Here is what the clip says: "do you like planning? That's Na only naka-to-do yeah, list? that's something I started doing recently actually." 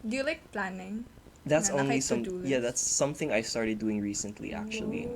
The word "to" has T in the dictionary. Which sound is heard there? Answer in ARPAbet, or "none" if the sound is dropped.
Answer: S